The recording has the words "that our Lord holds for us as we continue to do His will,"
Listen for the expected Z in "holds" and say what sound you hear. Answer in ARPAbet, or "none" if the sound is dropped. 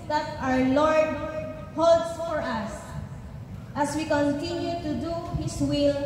none